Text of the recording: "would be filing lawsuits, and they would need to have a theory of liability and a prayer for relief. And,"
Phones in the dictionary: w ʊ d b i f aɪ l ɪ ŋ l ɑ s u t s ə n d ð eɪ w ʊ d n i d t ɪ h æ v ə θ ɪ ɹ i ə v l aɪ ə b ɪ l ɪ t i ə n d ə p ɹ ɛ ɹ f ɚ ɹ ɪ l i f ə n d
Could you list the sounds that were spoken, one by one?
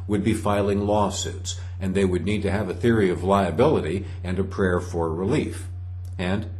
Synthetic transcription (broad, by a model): w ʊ d b i f aɪ l ɪ ŋ l ɑ s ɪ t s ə n ð eɪ w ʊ d n i d t ɪ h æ v ə θ ɪ ɹ i ə v l aɪ ə b ɪ l ɪ t i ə n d ə p ɹ ɛ ɹ f ɚ ɹ ɪ l i f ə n